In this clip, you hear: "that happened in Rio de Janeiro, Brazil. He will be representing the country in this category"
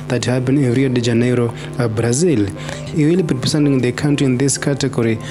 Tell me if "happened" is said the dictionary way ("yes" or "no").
no